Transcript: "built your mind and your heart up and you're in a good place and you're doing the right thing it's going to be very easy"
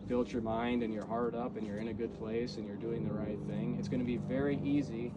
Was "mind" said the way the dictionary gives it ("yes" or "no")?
yes